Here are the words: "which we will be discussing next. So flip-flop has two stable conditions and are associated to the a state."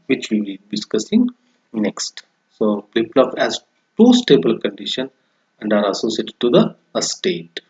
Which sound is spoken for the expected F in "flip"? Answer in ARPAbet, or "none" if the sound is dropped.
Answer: P